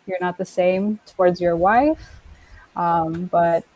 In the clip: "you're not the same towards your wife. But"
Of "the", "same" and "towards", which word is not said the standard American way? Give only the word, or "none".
none